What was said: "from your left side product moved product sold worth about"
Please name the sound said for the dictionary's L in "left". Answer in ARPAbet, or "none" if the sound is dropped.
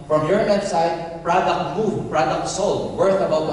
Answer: N